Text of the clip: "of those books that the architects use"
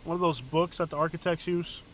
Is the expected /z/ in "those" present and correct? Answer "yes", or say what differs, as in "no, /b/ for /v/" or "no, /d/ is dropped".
yes